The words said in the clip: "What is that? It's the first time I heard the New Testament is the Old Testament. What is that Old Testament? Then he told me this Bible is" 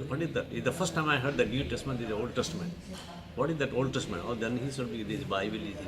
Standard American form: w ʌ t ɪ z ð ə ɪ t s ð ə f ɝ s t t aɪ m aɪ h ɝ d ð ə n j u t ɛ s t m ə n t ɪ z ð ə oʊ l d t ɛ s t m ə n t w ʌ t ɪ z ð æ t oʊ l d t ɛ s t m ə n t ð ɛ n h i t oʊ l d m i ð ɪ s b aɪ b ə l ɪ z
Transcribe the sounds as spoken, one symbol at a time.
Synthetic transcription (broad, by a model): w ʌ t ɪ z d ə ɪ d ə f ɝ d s t aɪ m aɪ h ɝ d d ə n j u t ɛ s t m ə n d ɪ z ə oʊ l d t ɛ s t m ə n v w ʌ t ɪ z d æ t oʊ l d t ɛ s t m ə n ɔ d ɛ n h i s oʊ d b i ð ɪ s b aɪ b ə l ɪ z